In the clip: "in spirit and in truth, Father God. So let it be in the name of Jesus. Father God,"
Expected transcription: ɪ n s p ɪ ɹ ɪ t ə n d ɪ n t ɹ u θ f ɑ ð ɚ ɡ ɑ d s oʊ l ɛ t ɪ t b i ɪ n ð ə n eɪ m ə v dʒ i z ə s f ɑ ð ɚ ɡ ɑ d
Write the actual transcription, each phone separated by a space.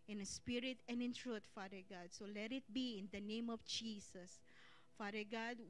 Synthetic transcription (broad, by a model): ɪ n s p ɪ ɹ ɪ t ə n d ɪ n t ɹ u t f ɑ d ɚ ɡ ɑ d s oʊ l ɛ t ɪ t b i ɪ n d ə n eɪ m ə f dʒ i s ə s f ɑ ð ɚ ɡ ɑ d